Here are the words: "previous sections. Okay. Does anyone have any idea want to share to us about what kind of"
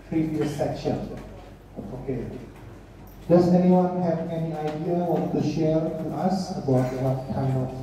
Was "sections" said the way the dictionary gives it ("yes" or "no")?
no